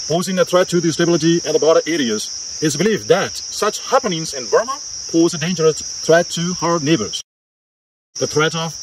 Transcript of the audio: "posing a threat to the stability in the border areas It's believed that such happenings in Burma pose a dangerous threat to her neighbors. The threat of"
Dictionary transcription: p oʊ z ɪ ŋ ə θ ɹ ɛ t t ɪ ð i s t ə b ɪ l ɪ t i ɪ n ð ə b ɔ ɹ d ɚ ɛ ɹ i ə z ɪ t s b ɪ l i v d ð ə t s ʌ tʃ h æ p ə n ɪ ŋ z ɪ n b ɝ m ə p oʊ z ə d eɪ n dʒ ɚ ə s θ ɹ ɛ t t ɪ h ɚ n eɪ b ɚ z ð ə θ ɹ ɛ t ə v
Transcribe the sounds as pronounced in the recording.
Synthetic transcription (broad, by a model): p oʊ z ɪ ŋ ə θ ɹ ɛ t t ɪ ð i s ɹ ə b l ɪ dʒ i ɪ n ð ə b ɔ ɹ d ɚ ɛ ɹ i ə z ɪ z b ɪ l i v ð ə t s ʌ tʃ h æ p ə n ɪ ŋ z ɪ n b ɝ m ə p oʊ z ə d eɪ n dʒ ɚ ə s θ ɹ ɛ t t ɪ h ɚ n eɪ b ɚ z ð ə θ ɹ ɛ t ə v